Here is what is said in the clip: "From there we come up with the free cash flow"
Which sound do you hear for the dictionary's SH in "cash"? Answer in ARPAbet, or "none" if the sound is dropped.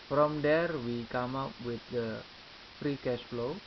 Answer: S